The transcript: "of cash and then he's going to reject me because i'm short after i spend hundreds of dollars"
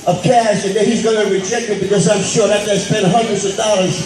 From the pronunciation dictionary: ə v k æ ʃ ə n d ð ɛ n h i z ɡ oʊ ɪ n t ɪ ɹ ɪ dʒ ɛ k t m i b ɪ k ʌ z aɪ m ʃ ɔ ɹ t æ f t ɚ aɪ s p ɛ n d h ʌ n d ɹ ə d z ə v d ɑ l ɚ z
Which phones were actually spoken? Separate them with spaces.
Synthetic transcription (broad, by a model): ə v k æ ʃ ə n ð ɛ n h i z ɡ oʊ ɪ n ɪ ɹ ɪ dʒ ɛ k t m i b ɪ k ʌ z aɪ m ʃ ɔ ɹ æ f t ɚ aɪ s p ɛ n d h ʌ n d ɹ ə d z ə v d ɑ l ɚ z